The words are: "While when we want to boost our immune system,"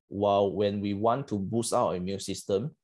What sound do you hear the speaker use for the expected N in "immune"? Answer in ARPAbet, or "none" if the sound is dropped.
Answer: L